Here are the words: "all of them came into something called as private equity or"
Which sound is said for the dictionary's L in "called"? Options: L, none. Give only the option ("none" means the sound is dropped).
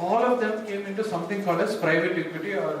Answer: none